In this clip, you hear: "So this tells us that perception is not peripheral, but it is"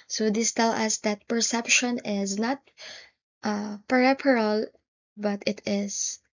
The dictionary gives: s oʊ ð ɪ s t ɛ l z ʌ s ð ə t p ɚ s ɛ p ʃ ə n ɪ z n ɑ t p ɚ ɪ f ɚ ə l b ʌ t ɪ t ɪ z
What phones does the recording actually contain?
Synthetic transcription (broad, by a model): s oʊ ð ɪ s t ɛ l ʌ s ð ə t p ɚ s ɛ p ʃ ə n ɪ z n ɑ t p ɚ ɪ p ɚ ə l b ʌ t ɪ t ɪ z